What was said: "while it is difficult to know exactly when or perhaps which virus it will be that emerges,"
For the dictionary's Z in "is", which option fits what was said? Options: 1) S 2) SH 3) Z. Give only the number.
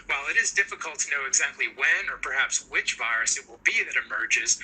3